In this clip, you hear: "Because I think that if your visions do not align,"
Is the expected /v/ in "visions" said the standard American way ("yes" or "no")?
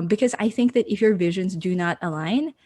yes